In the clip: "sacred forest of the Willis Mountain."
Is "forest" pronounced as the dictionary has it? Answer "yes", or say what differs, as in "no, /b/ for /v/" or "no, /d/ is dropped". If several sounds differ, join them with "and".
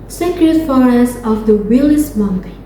no, /t/ is dropped